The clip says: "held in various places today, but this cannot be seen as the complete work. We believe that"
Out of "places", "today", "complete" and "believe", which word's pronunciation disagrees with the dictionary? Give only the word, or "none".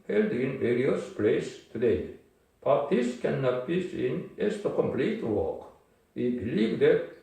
places